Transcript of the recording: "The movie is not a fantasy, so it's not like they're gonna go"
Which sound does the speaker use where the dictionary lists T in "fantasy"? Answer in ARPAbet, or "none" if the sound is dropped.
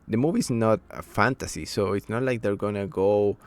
T